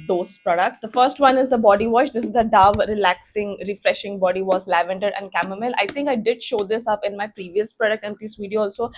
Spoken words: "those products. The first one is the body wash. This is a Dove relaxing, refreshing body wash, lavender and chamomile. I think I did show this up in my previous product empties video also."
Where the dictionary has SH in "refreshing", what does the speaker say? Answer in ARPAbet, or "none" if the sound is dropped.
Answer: SH